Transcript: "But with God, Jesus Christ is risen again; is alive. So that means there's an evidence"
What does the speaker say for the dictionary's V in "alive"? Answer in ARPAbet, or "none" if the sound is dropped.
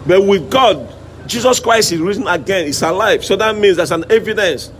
F